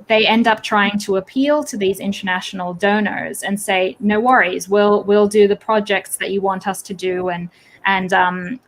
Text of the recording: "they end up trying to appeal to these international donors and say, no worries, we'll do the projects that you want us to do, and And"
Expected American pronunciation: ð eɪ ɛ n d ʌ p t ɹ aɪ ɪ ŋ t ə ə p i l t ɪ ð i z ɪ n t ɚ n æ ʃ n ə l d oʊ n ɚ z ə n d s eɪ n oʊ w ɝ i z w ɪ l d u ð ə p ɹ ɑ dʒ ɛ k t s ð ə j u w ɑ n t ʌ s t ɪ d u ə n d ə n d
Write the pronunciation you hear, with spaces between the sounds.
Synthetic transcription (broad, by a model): ð eɪ ɛ n d ʌ p t ɹ aɪ ɪ ŋ t ə ə p i l t ɪ ð i z ɪ n t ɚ n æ ʃ n l d oʊ n ɚ z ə n s eɪ n oʊ w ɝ i z w ɪ l d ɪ ð ə p ɹ ɑ dʒ ɛ k t s ð ə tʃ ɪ w ɑ n t ʌ s t ɪ d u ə n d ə n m